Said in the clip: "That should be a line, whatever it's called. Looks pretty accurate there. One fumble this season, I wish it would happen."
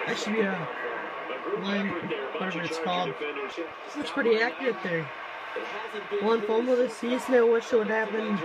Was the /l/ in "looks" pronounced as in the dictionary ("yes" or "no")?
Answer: no